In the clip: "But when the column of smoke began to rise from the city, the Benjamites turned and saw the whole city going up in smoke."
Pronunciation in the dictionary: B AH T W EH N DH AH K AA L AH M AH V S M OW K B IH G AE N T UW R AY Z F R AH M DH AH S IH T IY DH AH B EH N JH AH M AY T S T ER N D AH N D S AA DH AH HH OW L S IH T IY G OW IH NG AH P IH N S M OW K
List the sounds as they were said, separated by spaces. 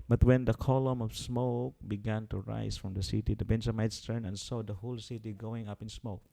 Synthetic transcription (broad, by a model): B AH T W EH N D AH K AA L AH M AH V S M OW K B IH G AE N T UW R AY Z F R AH M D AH S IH T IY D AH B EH N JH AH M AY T S T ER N AH N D S AA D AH HH OW L S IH T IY G OW IH NG AH P IH N S M OW K